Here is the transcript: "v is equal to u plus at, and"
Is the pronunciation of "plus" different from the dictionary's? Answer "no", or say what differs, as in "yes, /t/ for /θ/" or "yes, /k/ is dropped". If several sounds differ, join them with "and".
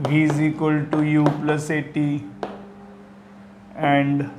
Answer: no